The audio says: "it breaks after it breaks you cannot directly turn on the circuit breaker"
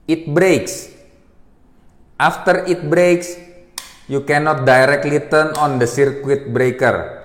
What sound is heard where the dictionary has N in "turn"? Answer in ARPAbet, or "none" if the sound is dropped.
N